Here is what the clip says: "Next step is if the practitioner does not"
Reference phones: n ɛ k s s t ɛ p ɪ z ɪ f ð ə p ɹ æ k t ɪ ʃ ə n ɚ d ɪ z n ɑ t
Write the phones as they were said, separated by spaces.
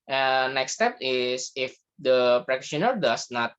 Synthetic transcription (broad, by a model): n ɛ k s s t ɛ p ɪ s ɪ f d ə p ɹ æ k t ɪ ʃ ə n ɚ d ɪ s n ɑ t